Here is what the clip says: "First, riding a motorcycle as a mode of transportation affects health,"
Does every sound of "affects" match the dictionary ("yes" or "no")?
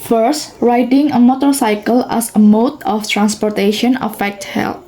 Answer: no